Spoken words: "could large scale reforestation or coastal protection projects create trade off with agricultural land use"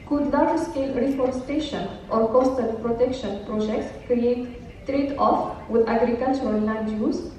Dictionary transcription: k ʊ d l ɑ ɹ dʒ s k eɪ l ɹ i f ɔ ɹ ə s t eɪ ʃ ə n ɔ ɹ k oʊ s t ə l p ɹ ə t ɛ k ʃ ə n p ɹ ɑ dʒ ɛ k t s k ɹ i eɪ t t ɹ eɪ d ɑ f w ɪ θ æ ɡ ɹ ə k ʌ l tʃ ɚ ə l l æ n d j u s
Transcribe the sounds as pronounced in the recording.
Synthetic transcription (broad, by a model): k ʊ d n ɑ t s k eɪ l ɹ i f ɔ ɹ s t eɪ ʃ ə n ɔ ɹ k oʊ s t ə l p ɹ ə t ɛ k ʃ ə n p ɹ ɑ dʒ ɛ k t s k ɹ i eɪ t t ɹ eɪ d ɑ f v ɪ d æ ɡ ɹ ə k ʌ l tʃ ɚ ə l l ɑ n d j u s